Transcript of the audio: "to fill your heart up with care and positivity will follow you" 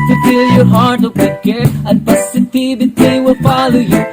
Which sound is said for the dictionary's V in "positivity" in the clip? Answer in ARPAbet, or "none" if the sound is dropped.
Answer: B